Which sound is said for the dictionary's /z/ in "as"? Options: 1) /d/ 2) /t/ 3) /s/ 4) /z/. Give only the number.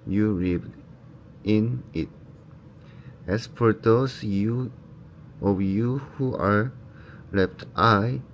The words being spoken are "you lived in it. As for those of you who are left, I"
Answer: 3